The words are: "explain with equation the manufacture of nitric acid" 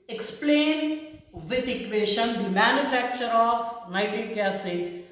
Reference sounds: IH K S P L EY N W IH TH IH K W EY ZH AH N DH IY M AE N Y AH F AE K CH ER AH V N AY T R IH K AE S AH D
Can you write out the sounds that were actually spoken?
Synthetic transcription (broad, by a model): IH K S P L EY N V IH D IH K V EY SH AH N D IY M AE N Y AH F AE K CH ER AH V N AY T IH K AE S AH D